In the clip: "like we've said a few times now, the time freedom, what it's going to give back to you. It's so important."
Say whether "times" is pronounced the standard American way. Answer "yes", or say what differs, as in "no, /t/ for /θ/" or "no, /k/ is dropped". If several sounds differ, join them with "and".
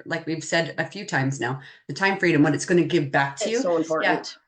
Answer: yes